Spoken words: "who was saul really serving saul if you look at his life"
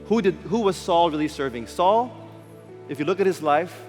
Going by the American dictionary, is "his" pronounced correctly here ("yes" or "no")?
yes